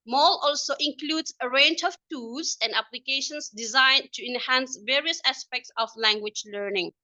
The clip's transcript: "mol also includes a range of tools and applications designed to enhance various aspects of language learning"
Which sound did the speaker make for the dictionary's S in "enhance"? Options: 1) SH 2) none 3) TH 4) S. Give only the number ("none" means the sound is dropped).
4